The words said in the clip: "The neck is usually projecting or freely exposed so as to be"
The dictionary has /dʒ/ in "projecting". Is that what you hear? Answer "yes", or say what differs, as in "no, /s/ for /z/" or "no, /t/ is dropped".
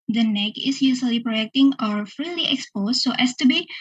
no, /dʒ/ is dropped